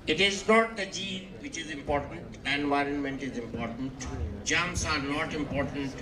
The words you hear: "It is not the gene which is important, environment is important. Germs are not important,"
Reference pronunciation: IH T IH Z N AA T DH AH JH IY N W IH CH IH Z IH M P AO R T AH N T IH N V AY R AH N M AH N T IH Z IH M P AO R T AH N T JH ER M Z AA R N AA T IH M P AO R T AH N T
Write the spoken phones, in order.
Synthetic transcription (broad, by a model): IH T IH Z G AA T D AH JH IY N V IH CH IH Z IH M P AO R T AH N T IH N V AY R AH N M AH N T IH Z IH M P AO R T AH N T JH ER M S AA R N AA T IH M P AO R T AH N T